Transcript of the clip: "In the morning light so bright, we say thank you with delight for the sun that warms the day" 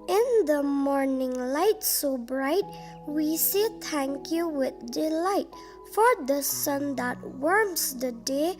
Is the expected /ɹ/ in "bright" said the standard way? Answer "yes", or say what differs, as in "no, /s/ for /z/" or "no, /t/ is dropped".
yes